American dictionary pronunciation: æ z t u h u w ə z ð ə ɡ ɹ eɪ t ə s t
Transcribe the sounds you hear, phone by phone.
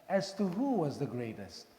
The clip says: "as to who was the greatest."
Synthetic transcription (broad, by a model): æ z t u h u w ə z ð ə ɡ ɹ eɪ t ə s t